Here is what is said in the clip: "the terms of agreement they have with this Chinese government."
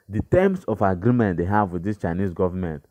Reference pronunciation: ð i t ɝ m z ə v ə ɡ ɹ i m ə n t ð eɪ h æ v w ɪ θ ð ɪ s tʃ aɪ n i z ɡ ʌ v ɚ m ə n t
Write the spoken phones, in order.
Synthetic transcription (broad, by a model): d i t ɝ m s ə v ə ɡ ɹ i m ə n t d eɪ h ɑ v w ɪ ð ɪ s tʃ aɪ n i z ɡ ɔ v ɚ m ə n t